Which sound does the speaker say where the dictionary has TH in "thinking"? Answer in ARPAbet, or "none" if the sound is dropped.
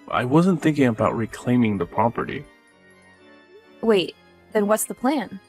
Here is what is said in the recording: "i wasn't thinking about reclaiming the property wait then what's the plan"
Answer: TH